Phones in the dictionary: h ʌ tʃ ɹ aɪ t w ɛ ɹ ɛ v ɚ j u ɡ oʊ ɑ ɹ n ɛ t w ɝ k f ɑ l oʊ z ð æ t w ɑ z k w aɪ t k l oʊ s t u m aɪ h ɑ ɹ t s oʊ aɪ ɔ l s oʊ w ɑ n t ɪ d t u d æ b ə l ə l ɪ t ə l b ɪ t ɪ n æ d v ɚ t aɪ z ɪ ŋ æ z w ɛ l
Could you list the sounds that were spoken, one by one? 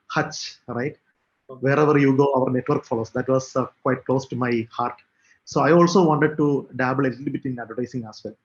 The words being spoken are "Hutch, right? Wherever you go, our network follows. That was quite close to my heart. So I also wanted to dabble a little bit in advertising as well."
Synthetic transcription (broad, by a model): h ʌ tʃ ɹ aɪ t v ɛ ɹ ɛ v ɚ j u ɡ oʊ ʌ ɹ n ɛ t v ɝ k f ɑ l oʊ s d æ t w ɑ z k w aɪ t k l oʊ s t u m aɪ h ɑ ɹ t s oʊ aɪ ɔ l s oʊ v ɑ n t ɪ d t u d æ b ə l ə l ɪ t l b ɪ t ɪ n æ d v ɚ t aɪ s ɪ ŋ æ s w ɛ l